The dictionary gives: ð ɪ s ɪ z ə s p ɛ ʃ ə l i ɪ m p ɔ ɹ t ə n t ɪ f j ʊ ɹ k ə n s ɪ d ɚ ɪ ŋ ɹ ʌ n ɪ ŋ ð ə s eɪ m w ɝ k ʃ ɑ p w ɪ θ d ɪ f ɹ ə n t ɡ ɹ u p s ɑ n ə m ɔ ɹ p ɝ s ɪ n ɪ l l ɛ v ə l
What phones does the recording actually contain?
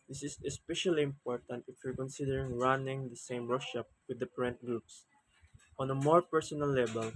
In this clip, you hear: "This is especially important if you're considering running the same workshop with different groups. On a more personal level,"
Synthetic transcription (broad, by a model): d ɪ s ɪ s ə s p ɛ ʃ ə l i ɪ m p ɔ ɹ t ə n t ɪ f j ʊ ɹ k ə n s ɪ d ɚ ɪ ŋ ɹ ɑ n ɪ ŋ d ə s eɪ m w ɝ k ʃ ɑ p w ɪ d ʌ p ɹ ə n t ɡ ɹ u p s ɑ n ə m ɔ ɹ p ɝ s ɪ n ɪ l l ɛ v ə l